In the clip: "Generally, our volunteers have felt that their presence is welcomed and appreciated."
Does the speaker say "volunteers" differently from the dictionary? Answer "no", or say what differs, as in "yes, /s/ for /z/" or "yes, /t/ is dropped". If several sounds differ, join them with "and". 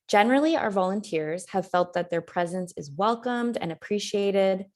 no